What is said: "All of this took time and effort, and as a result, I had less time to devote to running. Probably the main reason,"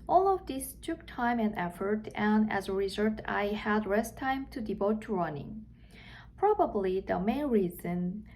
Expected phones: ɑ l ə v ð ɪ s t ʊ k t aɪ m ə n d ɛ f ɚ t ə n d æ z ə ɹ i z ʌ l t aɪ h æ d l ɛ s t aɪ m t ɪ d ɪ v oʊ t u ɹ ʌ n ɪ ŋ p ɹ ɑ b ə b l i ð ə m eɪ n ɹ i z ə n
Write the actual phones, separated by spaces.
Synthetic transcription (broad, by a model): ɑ l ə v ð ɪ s t ʊ k t aɪ m ə n d ɛ f ɚ t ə n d æ z ə ɹ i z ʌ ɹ t aɪ h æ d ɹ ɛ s t aɪ m t ɪ d ɪ v oʊ t u ɹ ʌ n ɪ ŋ p ɹ ɑ b ə b l i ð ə m eɪ n ɹ i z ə n